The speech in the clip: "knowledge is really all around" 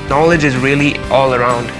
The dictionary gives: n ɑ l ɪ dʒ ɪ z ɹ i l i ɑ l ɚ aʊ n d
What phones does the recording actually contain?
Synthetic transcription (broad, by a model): n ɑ l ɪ dʒ ɪ z ɹ i l i ɑ l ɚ aʊ n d